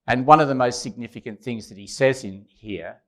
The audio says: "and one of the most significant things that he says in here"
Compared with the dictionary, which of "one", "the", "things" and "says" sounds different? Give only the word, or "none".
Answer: none